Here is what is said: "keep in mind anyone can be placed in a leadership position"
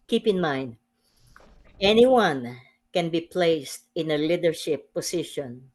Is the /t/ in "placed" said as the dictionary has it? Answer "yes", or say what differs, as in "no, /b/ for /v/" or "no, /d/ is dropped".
yes